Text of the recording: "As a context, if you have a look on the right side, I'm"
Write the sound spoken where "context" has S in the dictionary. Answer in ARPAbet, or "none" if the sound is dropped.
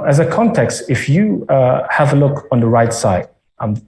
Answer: S